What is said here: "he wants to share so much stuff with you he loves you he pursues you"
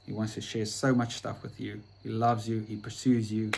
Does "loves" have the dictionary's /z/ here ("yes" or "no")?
yes